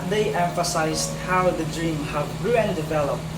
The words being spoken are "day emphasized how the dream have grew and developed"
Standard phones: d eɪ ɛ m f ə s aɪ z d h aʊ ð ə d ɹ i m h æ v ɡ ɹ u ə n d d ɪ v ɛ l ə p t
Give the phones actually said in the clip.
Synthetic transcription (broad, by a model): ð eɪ ɛ m f ə s aɪ z d h aʊ ð ə d ɹ i m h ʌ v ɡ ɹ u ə n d d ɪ v ɛ l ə p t